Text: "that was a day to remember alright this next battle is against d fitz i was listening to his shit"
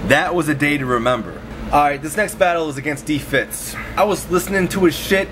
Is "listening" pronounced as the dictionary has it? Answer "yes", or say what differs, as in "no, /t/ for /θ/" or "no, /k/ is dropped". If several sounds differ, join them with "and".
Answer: yes